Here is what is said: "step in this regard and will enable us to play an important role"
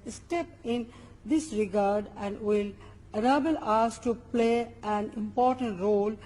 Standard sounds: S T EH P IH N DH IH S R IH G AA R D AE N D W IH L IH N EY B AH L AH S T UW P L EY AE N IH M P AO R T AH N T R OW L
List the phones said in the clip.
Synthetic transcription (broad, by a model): S T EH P IH N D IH S R IH G AA R D AE N D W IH L IH N EY B AH L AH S T UW P L EY AE N IH M P AO R T AH N T R OW L